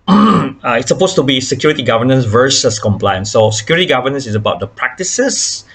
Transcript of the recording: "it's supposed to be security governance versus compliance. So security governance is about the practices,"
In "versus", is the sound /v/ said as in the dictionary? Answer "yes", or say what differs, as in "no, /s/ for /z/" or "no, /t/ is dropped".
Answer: yes